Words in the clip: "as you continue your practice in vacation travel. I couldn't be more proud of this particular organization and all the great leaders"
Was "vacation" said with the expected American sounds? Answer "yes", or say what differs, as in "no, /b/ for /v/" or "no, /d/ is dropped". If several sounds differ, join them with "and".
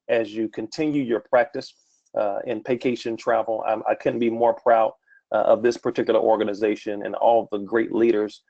no, /p/ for /v/